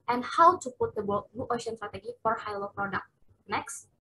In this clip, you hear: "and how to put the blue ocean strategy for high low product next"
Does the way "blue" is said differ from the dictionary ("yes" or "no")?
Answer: yes